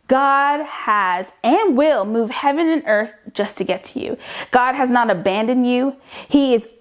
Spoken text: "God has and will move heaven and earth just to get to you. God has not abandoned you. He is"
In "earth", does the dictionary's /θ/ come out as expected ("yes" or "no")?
yes